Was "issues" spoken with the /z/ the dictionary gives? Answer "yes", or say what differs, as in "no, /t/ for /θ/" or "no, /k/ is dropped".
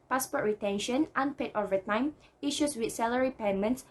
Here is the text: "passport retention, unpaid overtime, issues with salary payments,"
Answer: no, /s/ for /z/